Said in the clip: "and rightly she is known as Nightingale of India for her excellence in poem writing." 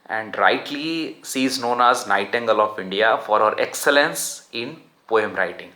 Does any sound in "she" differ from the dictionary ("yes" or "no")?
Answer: yes